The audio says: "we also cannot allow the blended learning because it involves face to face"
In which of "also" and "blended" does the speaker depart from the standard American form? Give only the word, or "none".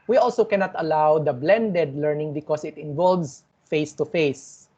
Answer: none